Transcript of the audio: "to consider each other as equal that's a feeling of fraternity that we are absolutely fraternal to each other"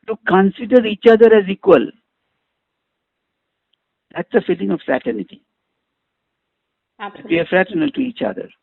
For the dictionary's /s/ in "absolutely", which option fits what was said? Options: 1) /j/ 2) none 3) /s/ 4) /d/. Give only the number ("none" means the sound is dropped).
2